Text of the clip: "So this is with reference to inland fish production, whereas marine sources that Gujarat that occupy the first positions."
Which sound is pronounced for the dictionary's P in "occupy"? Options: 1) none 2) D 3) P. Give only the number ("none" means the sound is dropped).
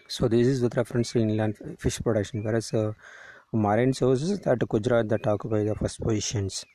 1